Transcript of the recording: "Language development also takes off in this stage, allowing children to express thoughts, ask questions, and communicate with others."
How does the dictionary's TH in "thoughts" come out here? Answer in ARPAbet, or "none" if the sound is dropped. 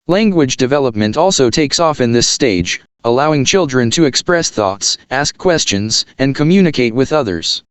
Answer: TH